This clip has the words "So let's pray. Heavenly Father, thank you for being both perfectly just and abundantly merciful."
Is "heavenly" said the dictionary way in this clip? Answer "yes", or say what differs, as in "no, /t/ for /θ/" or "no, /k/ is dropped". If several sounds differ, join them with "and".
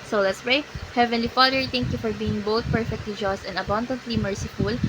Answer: yes